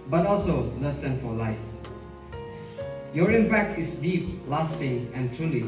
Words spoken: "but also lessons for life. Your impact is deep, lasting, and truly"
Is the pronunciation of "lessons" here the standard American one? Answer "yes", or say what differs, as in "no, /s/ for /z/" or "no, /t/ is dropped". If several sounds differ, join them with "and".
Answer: no, /z/ is dropped